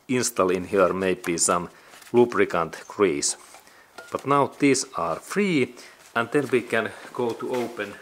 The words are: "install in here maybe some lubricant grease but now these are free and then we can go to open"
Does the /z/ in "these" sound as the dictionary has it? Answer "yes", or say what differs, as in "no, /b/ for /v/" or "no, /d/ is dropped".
no, /s/ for /z/